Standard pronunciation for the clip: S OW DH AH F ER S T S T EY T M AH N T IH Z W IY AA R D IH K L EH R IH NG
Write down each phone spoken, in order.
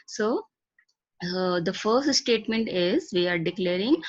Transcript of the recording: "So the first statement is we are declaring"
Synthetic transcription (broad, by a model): S OW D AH F ER S T S T EY T M AH N T IH Z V IY AA R D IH K L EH R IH NG